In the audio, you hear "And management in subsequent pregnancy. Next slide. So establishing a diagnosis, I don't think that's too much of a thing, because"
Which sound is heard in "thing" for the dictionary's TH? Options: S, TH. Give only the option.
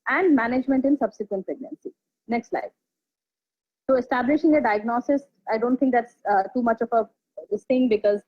S